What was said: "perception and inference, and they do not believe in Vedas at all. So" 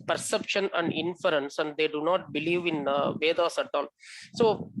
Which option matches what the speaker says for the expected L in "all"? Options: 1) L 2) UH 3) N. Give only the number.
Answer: 3